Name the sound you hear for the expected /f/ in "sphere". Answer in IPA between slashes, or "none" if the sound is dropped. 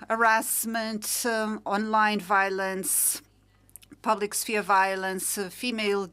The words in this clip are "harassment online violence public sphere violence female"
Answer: /f/